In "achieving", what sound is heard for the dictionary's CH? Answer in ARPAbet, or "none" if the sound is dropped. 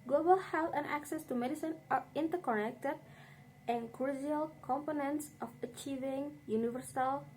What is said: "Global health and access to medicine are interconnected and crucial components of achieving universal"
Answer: CH